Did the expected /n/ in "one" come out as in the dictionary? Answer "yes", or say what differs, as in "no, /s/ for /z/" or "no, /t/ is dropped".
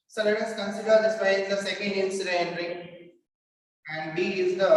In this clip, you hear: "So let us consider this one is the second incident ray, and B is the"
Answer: no, /n/ is dropped